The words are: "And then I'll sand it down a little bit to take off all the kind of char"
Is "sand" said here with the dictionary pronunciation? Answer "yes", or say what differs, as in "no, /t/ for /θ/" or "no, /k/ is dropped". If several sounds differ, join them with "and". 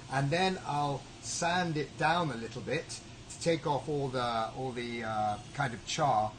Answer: yes